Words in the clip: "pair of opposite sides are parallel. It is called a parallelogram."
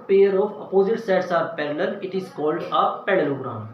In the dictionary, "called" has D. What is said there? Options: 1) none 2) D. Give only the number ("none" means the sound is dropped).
2